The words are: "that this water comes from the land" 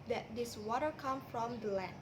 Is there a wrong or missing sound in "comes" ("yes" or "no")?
yes